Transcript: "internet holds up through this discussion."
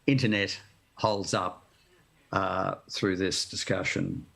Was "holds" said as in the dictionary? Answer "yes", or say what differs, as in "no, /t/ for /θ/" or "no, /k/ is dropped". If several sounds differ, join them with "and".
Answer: yes